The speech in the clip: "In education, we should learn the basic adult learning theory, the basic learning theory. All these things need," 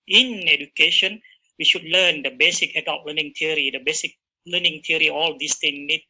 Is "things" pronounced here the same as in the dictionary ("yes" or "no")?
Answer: no